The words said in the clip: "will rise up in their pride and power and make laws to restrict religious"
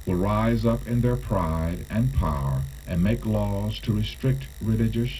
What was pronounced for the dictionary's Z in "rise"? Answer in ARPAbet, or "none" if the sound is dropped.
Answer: Z